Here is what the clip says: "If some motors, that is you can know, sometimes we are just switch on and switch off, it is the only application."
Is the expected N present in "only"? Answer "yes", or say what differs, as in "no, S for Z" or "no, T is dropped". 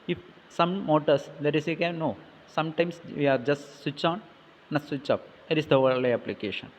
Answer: no, N is dropped